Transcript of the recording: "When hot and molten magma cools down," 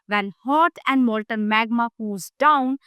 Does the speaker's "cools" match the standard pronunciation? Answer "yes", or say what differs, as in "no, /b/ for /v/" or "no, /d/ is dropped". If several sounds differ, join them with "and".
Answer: no, /l/ is dropped